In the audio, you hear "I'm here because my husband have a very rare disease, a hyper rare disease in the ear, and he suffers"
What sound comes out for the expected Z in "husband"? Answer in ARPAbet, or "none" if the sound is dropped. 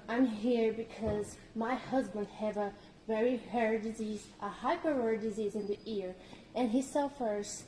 Z